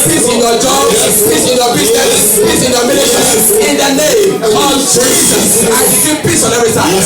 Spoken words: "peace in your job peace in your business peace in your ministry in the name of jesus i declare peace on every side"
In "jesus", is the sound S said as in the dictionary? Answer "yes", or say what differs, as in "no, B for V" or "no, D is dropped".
no, S is dropped